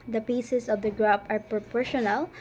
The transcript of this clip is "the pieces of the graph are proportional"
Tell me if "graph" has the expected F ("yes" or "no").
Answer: no